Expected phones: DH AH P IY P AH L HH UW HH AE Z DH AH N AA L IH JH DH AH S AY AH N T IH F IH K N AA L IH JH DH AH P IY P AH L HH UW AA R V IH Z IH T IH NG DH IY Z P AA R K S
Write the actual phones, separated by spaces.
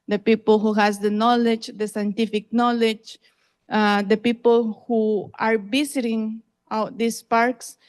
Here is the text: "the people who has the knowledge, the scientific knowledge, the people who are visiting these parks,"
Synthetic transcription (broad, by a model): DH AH P IY P AH L HH UW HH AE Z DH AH N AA L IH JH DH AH S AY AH N T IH F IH K N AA L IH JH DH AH P IY P AH L HH UW AA R B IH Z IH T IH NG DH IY S P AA R K S